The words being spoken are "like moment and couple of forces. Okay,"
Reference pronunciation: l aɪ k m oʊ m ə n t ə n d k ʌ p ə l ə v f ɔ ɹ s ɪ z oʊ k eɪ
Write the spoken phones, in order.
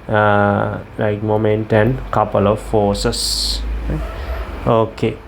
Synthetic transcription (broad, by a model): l aɪ k m oʊ m ə n t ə n k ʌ p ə l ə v f ɔ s s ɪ oʊ k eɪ